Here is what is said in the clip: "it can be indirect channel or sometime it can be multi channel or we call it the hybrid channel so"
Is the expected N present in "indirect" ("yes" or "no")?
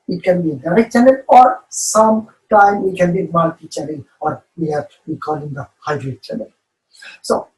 no